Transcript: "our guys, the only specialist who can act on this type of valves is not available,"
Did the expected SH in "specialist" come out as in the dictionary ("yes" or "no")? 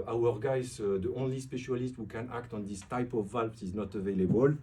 yes